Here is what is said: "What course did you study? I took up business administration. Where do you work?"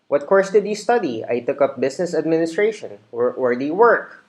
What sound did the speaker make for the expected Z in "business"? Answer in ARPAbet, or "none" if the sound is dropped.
S